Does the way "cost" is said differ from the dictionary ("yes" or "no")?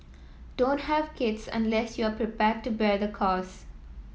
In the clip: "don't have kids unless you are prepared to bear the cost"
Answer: yes